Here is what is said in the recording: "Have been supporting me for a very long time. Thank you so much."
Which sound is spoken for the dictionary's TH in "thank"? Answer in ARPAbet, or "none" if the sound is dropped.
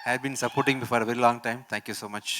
T